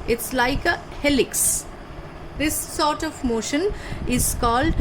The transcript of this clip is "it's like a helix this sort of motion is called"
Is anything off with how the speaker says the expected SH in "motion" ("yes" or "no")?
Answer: no